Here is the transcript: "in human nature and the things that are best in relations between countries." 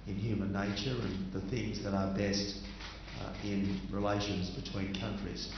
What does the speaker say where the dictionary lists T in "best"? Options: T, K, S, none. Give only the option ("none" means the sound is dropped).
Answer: T